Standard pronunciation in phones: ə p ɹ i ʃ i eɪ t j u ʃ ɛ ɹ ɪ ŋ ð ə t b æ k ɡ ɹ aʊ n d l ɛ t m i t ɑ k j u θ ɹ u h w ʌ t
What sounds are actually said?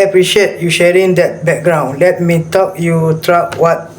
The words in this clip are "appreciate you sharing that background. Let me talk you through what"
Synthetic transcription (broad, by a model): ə p ɹ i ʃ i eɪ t j u ʃ ɛ ɹ ɪ ŋ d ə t b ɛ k ɡ ɹ aʊ n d l ɛ t m i t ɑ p j u t ɹ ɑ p w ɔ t